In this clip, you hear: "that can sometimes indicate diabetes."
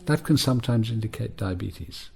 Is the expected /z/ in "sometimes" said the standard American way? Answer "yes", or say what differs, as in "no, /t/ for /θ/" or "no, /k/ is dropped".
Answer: yes